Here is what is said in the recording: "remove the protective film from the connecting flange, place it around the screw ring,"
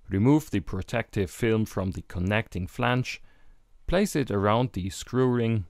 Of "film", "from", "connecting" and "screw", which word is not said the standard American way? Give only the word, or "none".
none